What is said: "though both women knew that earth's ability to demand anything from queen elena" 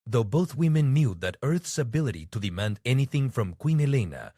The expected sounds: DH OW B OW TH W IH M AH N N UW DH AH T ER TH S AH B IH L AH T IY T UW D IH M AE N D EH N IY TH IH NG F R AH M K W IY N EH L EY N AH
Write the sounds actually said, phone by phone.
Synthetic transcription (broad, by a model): DH OW B OW TH W IH M AH N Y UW DH AH T ER TH S AH B IH L AH T IY T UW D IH M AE N D EH N IY TH IH NG F R AH M K W IY N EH L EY N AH